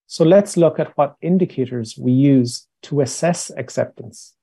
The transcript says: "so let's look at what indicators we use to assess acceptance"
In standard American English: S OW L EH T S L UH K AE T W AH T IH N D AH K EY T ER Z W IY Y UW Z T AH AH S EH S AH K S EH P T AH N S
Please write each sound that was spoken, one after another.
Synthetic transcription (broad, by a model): S OW L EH T S L UH K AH T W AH T IH N D AH K EY T ER Z W IY Y UW Z T AH AH S EH S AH K S EH P T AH N S